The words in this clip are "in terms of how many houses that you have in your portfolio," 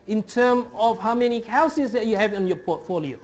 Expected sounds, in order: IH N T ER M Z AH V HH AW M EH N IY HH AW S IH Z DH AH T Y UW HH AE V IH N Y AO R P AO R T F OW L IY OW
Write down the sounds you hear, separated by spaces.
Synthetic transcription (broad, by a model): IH N T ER M AH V HH AW M EH N IY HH AW S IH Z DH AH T Y UW HH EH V IH N Y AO P AO T F OW L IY OW